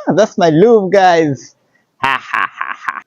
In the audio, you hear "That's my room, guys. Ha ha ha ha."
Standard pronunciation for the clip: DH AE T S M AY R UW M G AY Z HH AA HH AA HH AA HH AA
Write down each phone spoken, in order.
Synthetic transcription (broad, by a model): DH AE T S M AY L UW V G AY Z HH AA HH AA HH AA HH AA